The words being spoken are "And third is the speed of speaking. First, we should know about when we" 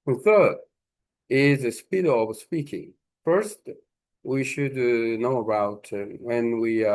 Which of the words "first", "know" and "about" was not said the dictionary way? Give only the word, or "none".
none